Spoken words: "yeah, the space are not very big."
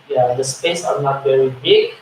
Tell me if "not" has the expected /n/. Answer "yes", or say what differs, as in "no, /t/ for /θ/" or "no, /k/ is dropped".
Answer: yes